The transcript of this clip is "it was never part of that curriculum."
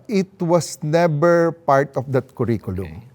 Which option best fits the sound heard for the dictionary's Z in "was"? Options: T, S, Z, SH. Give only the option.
S